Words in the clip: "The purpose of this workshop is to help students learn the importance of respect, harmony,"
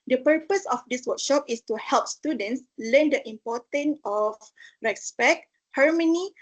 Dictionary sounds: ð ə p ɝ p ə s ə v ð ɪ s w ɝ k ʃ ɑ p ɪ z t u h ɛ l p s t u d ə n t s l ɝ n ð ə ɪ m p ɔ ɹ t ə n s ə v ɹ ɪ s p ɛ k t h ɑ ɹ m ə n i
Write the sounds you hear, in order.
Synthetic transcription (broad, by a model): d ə p ɝ p ə s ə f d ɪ s w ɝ k ʃ ɑ p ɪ s t u h ɛ l p s t u d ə n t s l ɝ n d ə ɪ m p ɔ t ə n ə f ɹ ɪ s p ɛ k h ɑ ɹ m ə n i